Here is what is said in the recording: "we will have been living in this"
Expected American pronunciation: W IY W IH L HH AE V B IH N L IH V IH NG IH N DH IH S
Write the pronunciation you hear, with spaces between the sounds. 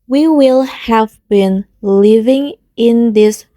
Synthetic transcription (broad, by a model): W IY W IH L HH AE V B IH N L IH V IH NG IH N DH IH S